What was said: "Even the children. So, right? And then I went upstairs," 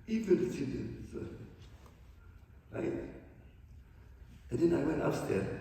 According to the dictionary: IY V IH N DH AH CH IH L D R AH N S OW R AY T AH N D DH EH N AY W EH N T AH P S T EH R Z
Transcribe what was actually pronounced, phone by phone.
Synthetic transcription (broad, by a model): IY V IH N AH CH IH D AH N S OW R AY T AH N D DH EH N AY W EH N T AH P S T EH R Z